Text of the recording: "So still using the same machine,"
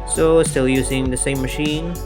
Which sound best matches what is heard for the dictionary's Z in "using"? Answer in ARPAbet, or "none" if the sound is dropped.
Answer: Z